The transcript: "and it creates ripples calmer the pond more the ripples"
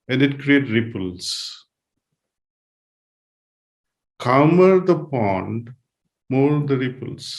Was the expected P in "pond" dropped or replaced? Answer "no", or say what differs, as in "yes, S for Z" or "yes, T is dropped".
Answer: no